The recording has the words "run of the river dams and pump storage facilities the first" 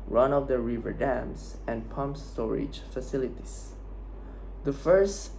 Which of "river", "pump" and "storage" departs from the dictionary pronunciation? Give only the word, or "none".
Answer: none